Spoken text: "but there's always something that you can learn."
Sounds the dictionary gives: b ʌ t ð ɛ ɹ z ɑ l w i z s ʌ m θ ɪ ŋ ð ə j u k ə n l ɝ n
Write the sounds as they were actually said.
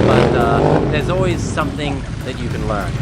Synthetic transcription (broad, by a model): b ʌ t ð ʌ ɹ z ɑ l w i z s ʌ m θ ɪ ŋ ð ə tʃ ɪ k ə n l ɝ n